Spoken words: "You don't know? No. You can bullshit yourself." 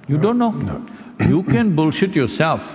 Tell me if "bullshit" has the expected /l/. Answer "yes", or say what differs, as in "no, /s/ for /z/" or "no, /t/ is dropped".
yes